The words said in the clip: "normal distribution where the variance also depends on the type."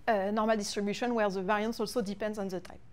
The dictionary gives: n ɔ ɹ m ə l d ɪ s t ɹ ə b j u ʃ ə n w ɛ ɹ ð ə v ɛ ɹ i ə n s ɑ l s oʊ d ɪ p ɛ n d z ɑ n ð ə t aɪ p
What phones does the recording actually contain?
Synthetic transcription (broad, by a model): n ɔ ɹ m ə l d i s t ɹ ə b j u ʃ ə n w ɛ ɹ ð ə v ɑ ɹ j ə n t ɑ l s oʊ d ɪ p ɛ n d z ɑ n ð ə t aɪ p